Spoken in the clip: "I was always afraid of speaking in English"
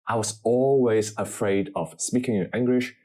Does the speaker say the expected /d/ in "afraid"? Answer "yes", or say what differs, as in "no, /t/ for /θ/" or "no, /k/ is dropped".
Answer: yes